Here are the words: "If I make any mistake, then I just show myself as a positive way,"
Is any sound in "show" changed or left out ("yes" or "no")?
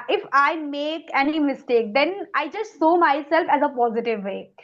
yes